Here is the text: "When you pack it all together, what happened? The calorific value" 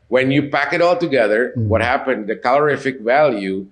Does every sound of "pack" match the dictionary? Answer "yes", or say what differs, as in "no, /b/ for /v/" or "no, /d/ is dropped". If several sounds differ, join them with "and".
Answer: yes